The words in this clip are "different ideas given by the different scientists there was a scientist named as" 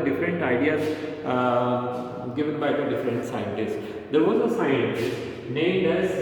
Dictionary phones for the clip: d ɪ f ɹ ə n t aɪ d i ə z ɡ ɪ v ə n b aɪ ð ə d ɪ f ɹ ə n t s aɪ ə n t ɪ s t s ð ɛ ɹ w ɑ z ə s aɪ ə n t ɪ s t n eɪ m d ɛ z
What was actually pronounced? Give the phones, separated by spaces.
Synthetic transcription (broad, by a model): d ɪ f ɹ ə n t aɪ d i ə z ɡ ɪ v ə n b aɪ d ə d ɪ f ɹ ə n t s aɪ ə n t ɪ s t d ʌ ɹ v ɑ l ə s aɪ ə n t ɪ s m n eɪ d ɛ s